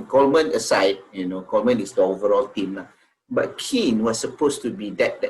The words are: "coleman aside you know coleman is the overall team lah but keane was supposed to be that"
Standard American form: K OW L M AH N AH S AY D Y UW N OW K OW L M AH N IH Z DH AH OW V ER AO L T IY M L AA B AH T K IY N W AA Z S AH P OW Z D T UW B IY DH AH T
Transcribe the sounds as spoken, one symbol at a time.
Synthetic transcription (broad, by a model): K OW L M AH N AH S AY D Y UW N OW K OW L M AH N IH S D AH OW V ER AO L T IY M L AA B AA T K IY N W AA S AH P OW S T UW B IY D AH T